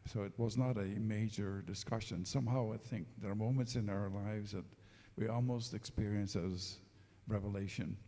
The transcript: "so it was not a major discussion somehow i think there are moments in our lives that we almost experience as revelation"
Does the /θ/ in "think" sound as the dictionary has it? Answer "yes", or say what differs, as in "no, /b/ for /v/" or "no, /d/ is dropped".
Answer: yes